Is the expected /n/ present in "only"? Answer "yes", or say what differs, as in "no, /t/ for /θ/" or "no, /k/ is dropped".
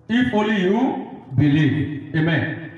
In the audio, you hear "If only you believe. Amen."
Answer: no, /n/ is dropped